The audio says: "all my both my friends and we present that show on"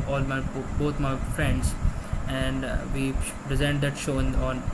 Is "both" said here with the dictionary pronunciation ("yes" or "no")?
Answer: no